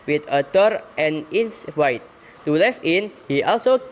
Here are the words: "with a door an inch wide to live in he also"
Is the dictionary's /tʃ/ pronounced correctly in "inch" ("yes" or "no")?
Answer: no